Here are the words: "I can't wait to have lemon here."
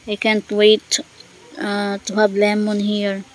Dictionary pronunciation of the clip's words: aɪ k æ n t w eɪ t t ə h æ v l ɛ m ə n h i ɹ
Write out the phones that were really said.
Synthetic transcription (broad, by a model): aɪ k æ n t w eɪ t t ə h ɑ b l ɛ m ə n h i ɹ